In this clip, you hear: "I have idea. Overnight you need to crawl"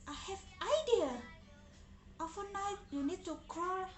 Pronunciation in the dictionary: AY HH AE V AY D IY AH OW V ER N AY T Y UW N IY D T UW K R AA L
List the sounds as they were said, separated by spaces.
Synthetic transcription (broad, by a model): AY HH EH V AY D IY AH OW F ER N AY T Y UW N IY D T UW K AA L